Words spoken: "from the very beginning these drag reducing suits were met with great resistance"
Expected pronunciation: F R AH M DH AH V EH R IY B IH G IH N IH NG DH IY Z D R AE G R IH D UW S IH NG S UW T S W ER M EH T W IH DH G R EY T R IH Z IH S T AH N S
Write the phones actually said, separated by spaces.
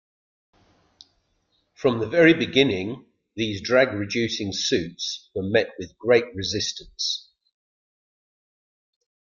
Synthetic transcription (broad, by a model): F R AH M DH AH V EH R IY B IH G IH N IH NG DH IY Z D R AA G R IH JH UW S IH NG S UW T S W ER M EH T W IH DH G R EY T R IH Z IH S T AH N S